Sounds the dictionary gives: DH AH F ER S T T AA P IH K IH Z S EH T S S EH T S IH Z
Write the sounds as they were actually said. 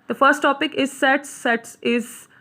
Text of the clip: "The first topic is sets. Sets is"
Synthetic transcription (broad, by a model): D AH F ER S T T AA P IH K IH Z S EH T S S EH T S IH Z